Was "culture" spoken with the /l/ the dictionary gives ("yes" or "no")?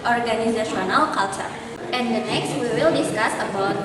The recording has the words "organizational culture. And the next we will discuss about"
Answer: yes